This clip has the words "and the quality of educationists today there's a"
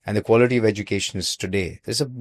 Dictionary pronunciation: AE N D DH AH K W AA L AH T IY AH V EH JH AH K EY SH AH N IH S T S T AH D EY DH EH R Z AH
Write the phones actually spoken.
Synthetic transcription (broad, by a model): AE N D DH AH K W AA L AH T IY AH V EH JH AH K EY SH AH N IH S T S T AH D EY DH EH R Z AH